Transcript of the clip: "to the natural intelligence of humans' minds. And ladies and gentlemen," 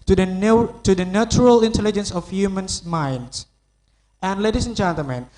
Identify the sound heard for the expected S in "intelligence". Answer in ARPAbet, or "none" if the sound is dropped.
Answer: S